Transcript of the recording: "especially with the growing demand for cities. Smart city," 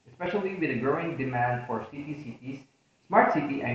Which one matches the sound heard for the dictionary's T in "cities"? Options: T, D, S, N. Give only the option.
S